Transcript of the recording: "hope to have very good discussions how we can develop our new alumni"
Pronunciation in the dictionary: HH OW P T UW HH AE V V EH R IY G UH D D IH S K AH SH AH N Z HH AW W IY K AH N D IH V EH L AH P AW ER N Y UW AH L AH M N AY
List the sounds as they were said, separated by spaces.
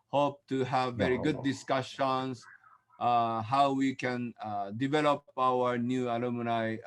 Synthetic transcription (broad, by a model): HH OW P T UW HH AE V V EH R IY G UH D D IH S K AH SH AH N S HH AW W IY K AH N D IH V EH L AH P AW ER N Y UW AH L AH M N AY